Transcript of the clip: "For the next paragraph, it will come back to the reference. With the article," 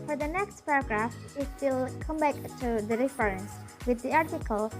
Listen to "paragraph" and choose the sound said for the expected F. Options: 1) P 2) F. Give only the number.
2